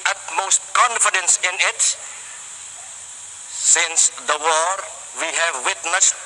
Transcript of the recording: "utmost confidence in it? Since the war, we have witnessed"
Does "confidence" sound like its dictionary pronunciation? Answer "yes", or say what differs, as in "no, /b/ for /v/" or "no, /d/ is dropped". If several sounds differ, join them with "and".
yes